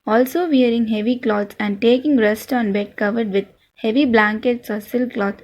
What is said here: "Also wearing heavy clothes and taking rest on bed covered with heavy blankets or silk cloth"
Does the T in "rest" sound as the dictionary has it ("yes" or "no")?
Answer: yes